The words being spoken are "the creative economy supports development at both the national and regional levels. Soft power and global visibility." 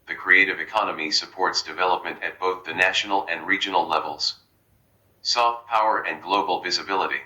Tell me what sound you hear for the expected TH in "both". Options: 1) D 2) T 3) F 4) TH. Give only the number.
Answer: 4